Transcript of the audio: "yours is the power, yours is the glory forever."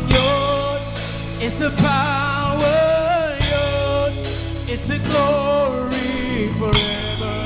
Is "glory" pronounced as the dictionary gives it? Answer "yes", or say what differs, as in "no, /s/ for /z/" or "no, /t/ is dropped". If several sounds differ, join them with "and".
yes